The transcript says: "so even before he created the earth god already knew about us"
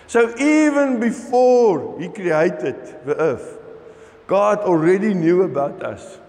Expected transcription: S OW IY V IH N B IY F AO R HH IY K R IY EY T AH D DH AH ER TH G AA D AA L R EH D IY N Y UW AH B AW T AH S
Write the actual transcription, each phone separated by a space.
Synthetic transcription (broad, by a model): S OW IY V IH N B IY F AO R HH IY K R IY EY T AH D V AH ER F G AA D AA L R EH D IY N Y UW AH B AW T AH S